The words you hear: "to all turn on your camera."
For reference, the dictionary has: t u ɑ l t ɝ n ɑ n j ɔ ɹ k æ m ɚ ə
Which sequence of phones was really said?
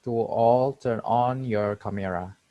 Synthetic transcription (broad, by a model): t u ɑ l t ɝ n ɑ n j ɔ ɹ k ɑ m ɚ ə